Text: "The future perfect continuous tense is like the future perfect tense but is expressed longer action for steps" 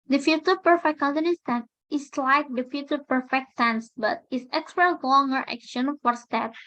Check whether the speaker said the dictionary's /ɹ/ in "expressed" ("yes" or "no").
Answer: no